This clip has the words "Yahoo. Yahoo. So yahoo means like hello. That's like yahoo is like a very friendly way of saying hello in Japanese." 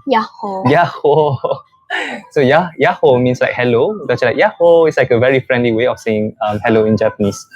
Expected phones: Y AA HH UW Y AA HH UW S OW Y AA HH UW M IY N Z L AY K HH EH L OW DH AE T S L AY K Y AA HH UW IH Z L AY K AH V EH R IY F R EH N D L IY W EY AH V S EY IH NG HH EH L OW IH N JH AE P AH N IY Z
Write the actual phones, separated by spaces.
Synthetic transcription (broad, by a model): Y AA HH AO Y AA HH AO S OW Y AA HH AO M IY N S L AY K HH EH L OW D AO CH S L AY K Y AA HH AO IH S L AY K AH V EH R IY F R EH N D L IY W EY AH F S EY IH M HH EH L OW IH N JH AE P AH N IY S